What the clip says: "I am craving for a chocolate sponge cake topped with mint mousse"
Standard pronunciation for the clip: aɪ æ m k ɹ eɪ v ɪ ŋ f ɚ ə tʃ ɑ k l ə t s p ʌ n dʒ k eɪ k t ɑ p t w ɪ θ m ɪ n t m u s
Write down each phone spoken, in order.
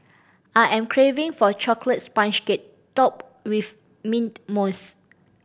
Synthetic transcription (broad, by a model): aɪ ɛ m k ɹ eɪ v ɪ ŋ f ə tʃ ɑ k l ə t s p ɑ n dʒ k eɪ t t ɑ p w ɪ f m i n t m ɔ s